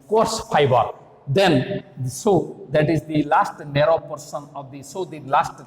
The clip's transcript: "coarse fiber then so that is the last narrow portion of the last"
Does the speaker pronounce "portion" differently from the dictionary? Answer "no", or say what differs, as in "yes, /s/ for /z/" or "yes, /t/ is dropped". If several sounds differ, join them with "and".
yes, /s/ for /ʃ/